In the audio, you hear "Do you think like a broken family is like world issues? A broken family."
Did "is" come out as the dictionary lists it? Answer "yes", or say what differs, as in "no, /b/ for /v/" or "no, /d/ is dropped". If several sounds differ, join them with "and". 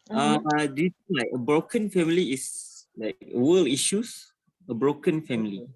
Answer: no, /s/ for /z/